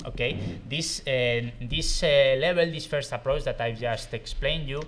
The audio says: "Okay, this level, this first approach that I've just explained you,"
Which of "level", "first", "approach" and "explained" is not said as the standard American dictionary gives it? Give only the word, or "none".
level